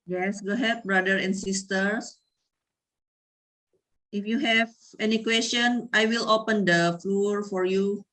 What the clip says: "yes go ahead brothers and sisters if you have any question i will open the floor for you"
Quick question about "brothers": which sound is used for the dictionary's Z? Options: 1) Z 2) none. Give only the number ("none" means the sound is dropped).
2